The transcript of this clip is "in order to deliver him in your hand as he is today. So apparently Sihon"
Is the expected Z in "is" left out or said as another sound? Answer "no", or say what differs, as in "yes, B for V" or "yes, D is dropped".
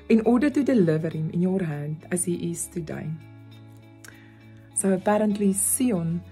yes, S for Z